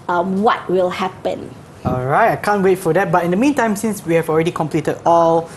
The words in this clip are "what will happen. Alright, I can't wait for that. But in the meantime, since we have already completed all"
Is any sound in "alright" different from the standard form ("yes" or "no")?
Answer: no